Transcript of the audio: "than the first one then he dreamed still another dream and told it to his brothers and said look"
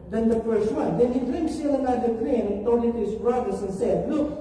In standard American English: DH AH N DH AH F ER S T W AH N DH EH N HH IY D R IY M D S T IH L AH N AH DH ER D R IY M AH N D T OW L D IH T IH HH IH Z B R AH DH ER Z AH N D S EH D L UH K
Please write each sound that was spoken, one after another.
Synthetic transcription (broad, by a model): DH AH N DH AH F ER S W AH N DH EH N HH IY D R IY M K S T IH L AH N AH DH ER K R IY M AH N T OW D IH T IH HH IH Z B R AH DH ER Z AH N S EH D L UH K